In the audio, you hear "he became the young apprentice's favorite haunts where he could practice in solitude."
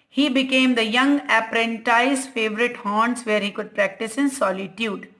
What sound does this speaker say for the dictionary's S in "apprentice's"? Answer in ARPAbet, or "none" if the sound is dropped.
none